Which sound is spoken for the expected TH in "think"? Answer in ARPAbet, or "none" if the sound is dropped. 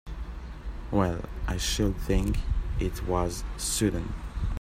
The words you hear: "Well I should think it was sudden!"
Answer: TH